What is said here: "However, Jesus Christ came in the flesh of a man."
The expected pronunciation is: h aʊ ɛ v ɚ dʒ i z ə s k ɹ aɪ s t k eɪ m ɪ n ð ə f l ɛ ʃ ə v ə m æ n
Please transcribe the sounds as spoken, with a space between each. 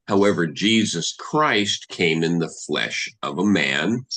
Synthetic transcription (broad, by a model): h aʊ ɛ v ɚ dʒ i z ə s k ɹ aɪ s t k eɪ m ɪ n ð ə f l ɛ ʃ ə v ə m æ n